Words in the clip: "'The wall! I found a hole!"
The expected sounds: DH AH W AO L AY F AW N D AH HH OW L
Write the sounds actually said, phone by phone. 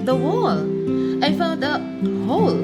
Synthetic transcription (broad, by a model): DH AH W AO L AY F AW D AH HH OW L